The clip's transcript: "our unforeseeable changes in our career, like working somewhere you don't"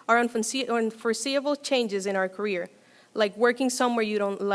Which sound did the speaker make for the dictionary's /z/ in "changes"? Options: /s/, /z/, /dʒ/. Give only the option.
/z/